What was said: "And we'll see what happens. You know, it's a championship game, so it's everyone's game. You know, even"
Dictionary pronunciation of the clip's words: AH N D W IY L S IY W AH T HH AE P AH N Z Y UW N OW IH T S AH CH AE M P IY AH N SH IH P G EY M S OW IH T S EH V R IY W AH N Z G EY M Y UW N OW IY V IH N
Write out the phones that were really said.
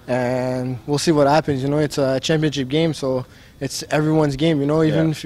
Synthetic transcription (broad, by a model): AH N W IY L S IY W AH T HH AE P AH N Z Y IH N OW IH T S AH CH AE M P IY AH N SH IH P G EY M S OW IH T S EH V R IY W AH N Z G EY M Y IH N OW IY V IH N